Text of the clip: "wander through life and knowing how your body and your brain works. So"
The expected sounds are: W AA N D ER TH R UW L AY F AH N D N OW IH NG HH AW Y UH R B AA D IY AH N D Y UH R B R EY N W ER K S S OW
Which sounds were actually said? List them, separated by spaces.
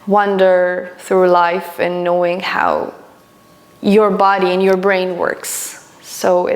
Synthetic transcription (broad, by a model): W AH N D ER TH R UW L AY F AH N N OW IH NG HH AW Y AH R B AA D IY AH N Y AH R B R EY N W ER K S S OW